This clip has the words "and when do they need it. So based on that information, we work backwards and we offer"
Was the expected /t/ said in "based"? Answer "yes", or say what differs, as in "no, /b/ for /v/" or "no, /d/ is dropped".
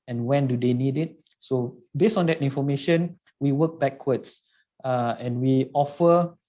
no, /t/ is dropped